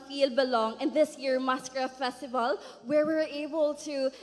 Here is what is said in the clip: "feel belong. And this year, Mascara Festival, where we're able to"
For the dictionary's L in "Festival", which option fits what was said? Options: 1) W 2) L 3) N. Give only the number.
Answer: 2